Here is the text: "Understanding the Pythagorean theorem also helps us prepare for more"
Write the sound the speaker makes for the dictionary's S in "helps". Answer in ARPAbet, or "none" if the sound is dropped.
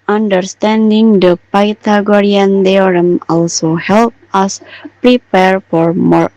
none